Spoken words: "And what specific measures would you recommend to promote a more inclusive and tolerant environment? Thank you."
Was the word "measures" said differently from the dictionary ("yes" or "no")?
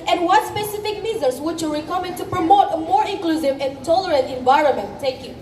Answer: yes